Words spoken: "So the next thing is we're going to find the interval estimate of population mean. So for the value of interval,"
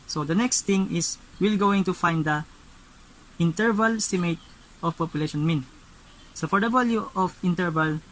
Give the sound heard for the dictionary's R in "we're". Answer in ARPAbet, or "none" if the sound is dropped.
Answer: L